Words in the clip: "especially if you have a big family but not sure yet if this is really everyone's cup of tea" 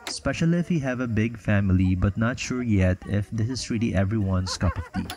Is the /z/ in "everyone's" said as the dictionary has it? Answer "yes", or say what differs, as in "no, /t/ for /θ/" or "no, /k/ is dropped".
no, /s/ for /z/